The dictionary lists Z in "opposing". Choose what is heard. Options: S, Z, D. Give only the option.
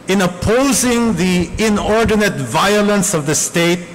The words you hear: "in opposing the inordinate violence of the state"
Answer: Z